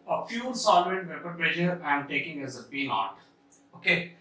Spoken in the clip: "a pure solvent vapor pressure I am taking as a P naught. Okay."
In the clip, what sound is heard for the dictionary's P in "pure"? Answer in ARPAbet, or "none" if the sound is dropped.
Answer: F